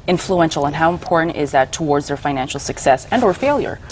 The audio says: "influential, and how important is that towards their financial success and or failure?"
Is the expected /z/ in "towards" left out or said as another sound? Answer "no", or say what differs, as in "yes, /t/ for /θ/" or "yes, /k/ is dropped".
no